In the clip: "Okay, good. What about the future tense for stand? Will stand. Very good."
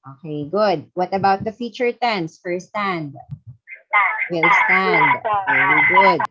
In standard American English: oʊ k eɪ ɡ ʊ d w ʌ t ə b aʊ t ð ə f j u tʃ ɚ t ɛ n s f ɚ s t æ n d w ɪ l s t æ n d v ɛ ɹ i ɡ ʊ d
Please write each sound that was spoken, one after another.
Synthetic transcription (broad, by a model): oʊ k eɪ ɡ ʊ d w ʌ t ə b aʊ t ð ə f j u tʃ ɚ t ɛ n s f ɚ s t æ n d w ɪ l s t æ n d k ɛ i ɡ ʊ d